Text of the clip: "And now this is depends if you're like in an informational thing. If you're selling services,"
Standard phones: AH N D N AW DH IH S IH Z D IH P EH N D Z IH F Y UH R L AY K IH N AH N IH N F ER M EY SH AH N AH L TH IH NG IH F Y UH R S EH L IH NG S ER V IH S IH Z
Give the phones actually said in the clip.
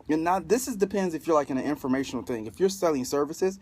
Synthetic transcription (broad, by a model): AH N N AW DH IH S IH Z D IH P EH N D Z IH F Y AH R L AY K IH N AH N IH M F ER M EY SH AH N L TH IH NG IH F Y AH R S EH L IH NG S ER V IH S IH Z